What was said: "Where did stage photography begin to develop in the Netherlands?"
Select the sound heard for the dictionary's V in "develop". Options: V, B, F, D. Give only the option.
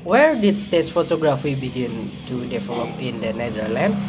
F